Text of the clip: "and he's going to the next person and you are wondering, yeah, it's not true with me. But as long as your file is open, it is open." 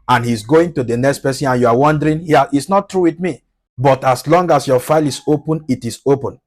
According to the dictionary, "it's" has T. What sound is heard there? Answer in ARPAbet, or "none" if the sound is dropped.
T